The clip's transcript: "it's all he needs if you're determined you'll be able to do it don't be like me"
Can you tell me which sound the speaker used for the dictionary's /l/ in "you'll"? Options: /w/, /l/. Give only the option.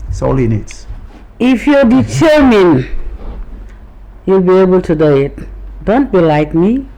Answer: /l/